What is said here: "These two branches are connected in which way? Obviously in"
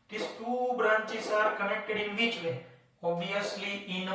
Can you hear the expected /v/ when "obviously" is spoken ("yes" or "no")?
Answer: no